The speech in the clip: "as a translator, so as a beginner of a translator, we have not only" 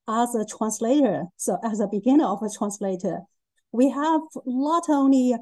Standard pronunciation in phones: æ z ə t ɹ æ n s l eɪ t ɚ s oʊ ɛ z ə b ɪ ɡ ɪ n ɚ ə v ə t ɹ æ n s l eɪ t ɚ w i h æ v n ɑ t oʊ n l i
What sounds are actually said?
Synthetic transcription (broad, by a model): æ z ə t ɹ æ n s l eɪ t ɚ s oʊ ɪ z ə b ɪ ɡ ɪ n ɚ ə v ə t ɹ æ n s l eɪ t ɚ w i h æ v l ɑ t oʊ n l i